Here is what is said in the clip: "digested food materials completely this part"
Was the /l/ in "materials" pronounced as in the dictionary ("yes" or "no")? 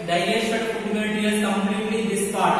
no